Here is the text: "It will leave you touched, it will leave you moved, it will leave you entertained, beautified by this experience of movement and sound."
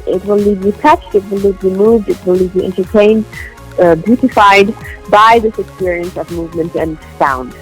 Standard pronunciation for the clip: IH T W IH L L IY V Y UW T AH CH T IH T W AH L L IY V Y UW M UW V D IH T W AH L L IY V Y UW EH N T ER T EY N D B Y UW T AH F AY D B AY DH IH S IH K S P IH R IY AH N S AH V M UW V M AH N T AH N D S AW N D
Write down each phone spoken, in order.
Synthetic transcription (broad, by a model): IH T W IH L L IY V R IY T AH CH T IH T W AH L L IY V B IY M UW V D IH T W AH L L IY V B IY EH N T ER T EY N D B Y UW T AH F AY D B AY DH IH S IH K S P IH R IY AH N S AH V M UW V M AH N T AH N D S AW N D